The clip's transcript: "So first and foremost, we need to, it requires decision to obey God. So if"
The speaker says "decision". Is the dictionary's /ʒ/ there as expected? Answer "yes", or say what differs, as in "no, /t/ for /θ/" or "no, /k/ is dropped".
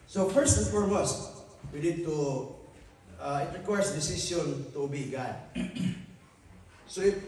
no, /s/ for /ʒ/